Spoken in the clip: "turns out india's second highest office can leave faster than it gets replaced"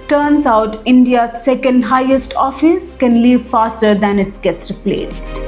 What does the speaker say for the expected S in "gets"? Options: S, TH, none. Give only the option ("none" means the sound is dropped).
S